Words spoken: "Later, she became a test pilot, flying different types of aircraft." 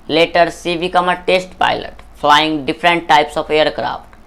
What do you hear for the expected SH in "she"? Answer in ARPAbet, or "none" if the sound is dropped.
S